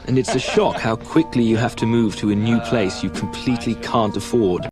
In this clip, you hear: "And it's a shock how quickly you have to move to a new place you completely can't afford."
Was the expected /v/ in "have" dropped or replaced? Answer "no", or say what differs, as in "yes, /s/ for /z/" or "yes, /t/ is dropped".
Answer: yes, /f/ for /v/